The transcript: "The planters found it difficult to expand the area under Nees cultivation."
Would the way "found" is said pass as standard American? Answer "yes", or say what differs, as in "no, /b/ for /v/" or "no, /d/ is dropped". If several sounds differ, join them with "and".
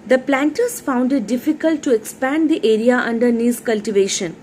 yes